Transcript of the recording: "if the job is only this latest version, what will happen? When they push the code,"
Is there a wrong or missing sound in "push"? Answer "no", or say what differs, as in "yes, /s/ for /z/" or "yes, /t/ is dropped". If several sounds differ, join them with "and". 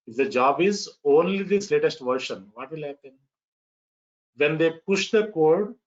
no